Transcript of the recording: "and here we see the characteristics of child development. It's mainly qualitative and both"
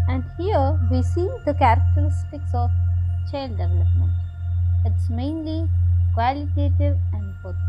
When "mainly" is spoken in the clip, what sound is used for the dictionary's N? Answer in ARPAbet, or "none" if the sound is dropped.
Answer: N